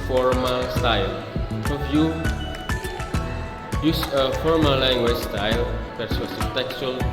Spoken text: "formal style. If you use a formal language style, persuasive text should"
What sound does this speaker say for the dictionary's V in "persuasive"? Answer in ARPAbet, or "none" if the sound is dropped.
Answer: P